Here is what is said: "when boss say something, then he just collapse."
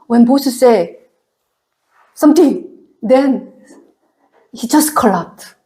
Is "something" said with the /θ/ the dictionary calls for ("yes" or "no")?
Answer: no